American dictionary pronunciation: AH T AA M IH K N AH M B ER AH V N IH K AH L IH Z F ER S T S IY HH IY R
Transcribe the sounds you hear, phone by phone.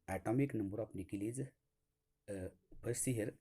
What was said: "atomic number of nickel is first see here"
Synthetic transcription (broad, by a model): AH T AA M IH K N AH M B ER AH P N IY K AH L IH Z P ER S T S IY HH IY R